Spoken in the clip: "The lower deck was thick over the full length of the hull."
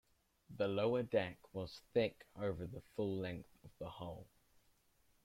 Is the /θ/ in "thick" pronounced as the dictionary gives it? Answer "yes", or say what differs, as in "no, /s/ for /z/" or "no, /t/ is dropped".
yes